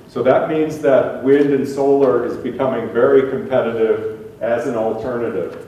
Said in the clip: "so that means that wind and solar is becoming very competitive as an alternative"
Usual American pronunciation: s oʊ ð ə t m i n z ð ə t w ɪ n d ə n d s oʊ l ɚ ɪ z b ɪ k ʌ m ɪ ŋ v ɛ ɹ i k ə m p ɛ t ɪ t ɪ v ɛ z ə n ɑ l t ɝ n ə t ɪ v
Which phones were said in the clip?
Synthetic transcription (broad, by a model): s oʊ ð ə t m i n z ð ə t w ɪ n d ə n s oʊ l ɚ ɪ z b ɪ k ʌ m ɪ ŋ v ɛ ɹ i k ə m p ɛ t ɪ t ɪ v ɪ z ə n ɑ l t ɝ n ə t ɪ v